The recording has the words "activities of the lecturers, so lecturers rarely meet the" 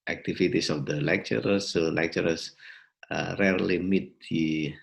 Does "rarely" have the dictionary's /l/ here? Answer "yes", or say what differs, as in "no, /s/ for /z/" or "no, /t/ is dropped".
yes